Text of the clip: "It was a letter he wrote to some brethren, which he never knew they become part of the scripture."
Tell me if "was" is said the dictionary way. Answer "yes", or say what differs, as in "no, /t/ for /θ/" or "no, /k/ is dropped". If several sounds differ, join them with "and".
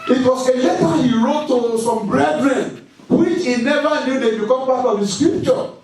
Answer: no, /s/ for /z/